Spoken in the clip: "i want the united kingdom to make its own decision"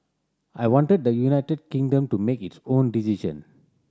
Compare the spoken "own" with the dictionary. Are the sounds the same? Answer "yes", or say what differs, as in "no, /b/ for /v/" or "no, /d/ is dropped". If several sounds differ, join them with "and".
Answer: yes